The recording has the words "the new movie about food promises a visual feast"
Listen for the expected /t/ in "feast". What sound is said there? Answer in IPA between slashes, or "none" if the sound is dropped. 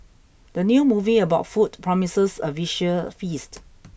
/t/